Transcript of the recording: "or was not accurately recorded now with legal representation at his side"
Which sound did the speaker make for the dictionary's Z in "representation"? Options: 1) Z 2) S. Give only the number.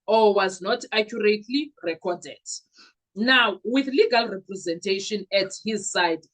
1